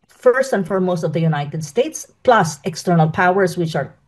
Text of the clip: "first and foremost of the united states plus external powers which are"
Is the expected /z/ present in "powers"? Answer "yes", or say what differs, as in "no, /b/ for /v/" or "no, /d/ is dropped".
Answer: no, /s/ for /z/